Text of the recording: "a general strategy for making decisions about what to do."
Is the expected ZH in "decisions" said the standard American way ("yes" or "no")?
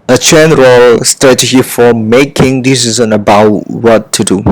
no